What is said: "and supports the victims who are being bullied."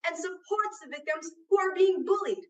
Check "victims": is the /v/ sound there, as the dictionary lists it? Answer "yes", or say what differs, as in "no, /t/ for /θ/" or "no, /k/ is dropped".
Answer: yes